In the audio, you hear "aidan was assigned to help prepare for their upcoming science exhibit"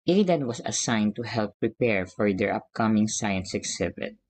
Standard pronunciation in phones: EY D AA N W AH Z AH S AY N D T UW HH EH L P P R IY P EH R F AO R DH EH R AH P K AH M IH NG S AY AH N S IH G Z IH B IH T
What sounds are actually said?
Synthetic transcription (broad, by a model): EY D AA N W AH S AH S AY N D T UW HH EH L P P R IY P EH R F AO R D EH R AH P K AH M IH NG S AY AH N S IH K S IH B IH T